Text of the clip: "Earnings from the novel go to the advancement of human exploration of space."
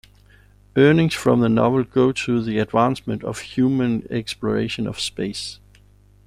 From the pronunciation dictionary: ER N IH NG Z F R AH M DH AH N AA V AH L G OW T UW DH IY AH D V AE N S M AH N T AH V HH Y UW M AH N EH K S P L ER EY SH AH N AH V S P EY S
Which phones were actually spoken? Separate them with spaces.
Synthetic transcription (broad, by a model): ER N IH NG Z F R AH M DH AH N AA V AH L G OW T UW DH IY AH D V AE N S M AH N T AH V HH Y UW M AH N EH K S P L ER EY SH AH N AH V S P EY S